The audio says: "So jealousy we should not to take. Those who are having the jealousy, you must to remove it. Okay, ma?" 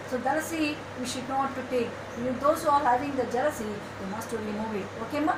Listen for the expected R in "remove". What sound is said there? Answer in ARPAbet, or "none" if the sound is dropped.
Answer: L